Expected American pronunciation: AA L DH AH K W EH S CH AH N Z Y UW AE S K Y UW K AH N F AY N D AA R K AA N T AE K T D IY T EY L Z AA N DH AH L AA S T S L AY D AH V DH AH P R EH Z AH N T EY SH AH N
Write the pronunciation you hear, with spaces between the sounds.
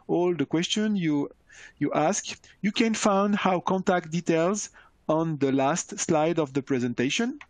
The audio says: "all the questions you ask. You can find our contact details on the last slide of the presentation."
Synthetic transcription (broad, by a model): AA L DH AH K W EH S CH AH N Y Y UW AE S K Y UW K AH N F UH N D AA W K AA N T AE K T D IY T EY L Z AA N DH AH L AA S T S L AY D AH V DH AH P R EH Z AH N T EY SH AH N